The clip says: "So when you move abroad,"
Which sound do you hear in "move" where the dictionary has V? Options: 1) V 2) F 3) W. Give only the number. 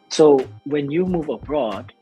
1